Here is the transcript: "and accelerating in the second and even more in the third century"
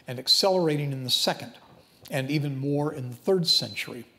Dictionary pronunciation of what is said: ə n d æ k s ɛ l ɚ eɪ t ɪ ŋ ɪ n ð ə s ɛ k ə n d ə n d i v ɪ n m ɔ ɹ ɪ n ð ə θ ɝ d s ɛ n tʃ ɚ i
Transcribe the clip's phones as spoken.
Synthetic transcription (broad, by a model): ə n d æ k s ɛ l ɚ eɪ t ɪ ŋ ɪ n ð ə s ɛ k ə n d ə n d i v ɪ n m ɔ ɹ ɪ n ð ə θ ɝ d s ɛ n tʃ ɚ i